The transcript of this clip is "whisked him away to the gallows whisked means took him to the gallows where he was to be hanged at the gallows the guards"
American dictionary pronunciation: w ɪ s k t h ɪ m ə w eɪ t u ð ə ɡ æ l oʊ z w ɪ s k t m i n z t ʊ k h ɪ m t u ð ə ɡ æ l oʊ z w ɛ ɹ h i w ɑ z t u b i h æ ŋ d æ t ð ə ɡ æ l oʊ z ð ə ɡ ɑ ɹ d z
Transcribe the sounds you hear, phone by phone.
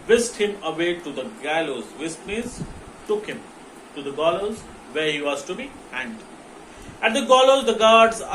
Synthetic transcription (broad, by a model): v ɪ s t h ɪ m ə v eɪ t u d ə ɡ æ l oʊ z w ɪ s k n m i z t ʊ k h ɪ m t u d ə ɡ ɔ l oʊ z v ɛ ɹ h i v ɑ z t u b i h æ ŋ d æ t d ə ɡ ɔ l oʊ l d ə ɡ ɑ ɹ d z